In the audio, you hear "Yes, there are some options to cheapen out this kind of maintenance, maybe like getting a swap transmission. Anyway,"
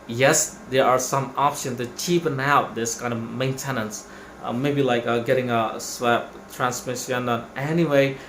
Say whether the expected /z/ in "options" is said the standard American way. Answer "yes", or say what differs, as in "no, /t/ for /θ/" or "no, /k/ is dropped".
no, /z/ is dropped